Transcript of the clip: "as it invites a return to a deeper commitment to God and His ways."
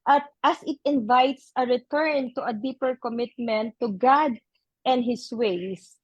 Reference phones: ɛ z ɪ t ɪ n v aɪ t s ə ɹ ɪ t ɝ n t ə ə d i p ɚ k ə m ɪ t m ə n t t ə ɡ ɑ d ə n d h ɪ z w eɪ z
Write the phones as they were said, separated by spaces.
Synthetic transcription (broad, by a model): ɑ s ɪ t ɪ n v aɪ t s ə ɹ ɪ t ɝ n t ə ə d i p ɚ k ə m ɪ t m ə n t t ə ɡ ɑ d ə n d h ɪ s w eɪ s